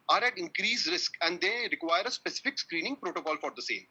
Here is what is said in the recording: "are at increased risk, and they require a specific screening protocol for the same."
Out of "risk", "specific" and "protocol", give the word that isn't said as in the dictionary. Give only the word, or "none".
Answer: none